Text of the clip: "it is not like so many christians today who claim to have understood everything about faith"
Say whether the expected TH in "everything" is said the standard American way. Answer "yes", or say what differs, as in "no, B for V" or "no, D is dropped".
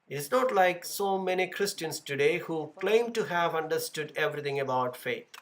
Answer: no, T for TH